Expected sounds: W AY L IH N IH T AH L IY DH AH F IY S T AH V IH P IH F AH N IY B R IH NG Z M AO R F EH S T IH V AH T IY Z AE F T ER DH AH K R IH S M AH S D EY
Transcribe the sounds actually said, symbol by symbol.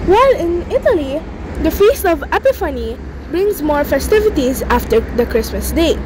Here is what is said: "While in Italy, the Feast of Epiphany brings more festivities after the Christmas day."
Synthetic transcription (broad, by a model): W AY L IH N IH T AH L IY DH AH F IY S T AH V IH P IH F AH N IY B R IH NG Z M AO R F EH S T IH V AH T IY Z AE F T ER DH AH K R IH S M AH S D EY